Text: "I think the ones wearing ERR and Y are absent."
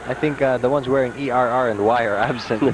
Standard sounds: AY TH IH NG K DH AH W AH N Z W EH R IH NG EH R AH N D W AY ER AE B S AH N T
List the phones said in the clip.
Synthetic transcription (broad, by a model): AY TH IH NG K DH AH W AH N Z W EH R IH NG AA R AH N D W AY ER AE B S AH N